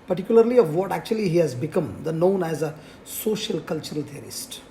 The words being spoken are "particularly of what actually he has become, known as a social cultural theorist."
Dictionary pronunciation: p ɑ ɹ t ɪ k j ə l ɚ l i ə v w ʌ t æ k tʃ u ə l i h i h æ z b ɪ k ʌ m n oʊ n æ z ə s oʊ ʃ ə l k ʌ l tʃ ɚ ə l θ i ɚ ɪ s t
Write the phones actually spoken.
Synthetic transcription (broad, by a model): p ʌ ɹ t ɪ k j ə l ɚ l i ə v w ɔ t æ k tʃ u ə l i h i h æ z b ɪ k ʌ m n oʊ n æ z ə s oʊ ʃ ə l k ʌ l tʃ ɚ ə l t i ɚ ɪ s t